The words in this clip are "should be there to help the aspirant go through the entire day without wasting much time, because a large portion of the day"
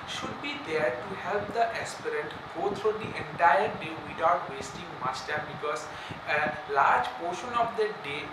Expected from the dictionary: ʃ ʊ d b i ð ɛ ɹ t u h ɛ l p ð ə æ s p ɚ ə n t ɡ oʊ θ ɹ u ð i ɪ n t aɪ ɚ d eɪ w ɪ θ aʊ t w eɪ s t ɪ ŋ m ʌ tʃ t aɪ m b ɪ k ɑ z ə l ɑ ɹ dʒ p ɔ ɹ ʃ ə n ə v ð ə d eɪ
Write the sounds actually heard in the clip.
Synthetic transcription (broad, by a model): ʃ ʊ d b i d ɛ ɹ t u h ɛ l p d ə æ s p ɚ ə n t ɡ oʊ t ɹ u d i ɪ n t aɪ ɚ d eɪ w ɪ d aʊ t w eɪ s t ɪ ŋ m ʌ s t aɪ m b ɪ k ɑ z ə l ɑ ɹ dʒ p ɔ ɹ ʃ ə n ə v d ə d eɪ